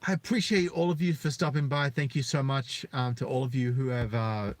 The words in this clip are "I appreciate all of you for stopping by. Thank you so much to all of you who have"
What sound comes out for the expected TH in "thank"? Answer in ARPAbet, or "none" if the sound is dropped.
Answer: TH